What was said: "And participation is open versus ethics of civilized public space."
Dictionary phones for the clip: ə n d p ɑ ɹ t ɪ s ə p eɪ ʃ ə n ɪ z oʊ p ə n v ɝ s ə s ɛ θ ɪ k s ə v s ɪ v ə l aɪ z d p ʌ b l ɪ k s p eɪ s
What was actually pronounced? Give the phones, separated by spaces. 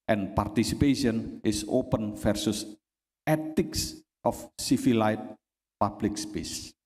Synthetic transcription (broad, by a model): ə n p ɑ ɹ t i s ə p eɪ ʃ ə n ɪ s oʊ p ə n f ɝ s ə s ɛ t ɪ k s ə f s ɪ f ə l aɪ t p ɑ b l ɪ k s p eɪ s